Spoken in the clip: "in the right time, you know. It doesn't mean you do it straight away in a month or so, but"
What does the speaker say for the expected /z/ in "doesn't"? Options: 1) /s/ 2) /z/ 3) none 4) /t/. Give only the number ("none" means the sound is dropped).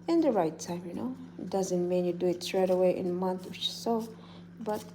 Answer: 2